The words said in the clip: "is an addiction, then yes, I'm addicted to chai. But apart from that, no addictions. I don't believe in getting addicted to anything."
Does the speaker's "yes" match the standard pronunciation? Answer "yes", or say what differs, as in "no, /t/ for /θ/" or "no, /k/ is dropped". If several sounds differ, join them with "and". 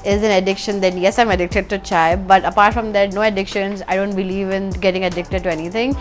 yes